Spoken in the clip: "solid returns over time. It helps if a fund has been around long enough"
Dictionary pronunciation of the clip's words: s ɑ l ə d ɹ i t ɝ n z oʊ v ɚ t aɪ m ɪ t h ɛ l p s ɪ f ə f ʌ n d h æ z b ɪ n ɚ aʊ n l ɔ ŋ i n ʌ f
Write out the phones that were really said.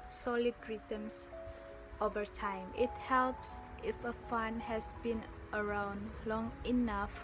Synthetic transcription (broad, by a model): s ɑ l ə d ɹ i t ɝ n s oʊ v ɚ t aɪ m ɪ t h ɛ l p s ɪ f ə f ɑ n h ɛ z b ɪ n ɚ aʊ n l ɔ ŋ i n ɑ f